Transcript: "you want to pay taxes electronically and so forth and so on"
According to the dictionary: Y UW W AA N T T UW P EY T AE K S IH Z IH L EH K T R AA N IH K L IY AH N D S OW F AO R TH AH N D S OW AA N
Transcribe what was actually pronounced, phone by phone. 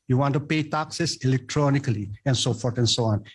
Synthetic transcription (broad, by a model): Y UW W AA N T T UW P EY T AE K S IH S IH L EH K T R AA N IH K L IY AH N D S OW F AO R T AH N S OW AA N